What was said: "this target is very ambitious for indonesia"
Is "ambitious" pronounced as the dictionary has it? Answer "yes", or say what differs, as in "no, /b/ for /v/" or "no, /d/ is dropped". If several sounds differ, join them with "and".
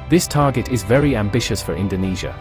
yes